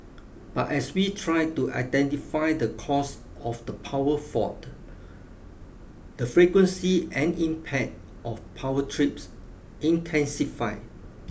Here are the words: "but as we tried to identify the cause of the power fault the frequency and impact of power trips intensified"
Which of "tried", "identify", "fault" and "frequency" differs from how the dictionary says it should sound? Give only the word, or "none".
fault